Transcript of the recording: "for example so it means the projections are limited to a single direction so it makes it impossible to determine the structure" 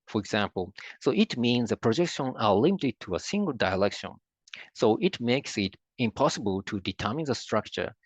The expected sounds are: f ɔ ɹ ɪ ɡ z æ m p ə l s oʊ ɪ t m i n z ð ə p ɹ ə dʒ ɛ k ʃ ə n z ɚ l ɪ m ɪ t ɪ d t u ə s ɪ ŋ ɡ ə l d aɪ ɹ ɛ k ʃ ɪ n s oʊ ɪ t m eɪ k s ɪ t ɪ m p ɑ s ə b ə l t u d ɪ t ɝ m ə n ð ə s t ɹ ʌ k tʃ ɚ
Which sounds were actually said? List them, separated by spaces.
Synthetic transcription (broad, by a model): f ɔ ɹ ɪ ɡ z æ m p ə l s oʊ ɪ t m i n z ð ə p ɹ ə dʒ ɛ k ʃ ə n ɚ l ɪ m ɪ t ɪ d t u ə s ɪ ŋ ɡ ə l d aɪ l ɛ k ʃ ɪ n s oʊ ɪ t m eɪ k s ɪ t ɪ m p ɑ s ə b ə l t u d ɪ t ɝ m ə n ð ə s t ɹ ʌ k tʃ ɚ